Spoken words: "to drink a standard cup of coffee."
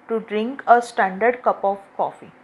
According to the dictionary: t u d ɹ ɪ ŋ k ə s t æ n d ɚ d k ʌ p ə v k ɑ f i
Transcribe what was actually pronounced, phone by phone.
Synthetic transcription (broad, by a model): t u d ɹ ɪ ŋ k ə s t æ n d ɚ d k ʌ p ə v k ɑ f i